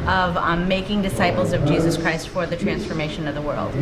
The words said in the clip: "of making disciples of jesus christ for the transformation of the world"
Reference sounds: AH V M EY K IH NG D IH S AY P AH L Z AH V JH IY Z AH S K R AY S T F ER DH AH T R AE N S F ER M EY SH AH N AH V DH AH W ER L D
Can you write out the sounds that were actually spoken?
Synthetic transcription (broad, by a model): AH V M EY K IH NG D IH S AY P L Z AH V JH IY Z AH S K R AY S T F ER DH AH T R AE N S F ER M EY SH AH N AH V DH AH W ER L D